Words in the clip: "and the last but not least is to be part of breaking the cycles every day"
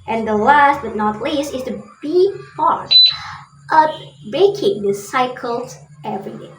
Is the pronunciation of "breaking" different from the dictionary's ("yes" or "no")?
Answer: yes